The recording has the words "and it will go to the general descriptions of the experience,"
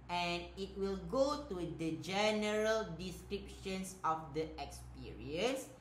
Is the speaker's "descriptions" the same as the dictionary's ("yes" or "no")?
no